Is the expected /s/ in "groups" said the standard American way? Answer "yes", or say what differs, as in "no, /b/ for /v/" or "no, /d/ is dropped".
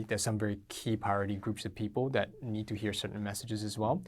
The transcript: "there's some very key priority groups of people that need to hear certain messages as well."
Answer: yes